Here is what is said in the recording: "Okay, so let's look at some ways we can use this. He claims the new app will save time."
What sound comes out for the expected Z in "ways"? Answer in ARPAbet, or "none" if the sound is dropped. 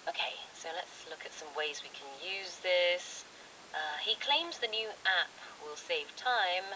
Z